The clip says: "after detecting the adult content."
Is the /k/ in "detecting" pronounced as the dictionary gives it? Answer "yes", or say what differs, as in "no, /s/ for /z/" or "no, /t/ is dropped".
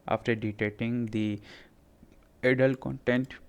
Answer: no, /k/ is dropped